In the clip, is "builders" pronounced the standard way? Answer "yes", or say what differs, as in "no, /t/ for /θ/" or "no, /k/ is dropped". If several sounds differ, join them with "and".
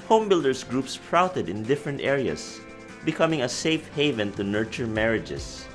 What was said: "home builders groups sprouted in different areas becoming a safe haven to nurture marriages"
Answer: no, /s/ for /z/